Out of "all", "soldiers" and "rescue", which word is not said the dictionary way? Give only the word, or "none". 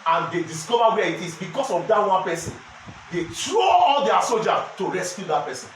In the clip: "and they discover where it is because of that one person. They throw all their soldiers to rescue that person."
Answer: soldiers